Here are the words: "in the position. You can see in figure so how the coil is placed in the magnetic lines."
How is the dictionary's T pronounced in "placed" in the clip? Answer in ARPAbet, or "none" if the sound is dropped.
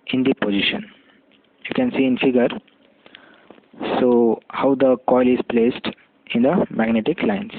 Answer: T